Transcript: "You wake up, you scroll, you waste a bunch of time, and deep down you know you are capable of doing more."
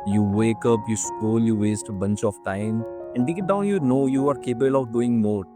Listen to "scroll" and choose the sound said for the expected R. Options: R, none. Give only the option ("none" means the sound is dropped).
none